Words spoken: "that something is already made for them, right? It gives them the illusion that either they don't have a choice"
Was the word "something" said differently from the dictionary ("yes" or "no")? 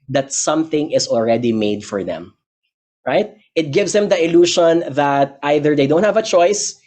no